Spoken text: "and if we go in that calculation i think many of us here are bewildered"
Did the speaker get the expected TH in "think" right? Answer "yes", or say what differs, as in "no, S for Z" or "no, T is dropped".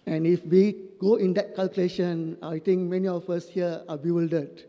no, T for TH